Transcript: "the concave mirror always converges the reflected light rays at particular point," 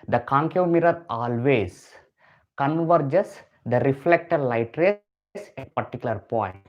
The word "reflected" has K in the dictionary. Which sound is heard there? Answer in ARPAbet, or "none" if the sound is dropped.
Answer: K